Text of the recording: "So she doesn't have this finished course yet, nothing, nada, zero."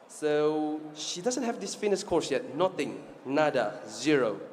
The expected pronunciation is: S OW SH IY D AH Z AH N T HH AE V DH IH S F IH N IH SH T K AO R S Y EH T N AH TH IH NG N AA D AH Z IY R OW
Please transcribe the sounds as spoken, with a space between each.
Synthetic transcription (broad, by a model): S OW SH IY D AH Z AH N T HH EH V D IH S F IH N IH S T K AO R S Y EH T N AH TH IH NG N AA D AH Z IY R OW